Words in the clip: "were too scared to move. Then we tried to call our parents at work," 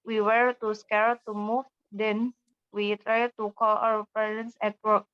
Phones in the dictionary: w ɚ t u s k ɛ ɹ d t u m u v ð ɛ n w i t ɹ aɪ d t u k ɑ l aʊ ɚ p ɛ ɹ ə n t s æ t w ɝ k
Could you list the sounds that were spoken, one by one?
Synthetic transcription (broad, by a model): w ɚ t u s k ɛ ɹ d t u m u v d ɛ n w i t ɹ aɪ d t u k ɑ l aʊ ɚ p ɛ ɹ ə n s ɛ t w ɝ k